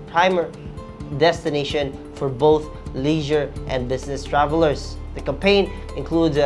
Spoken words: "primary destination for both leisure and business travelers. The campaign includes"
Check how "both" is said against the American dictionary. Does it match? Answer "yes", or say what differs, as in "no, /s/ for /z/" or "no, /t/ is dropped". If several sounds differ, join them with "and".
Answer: yes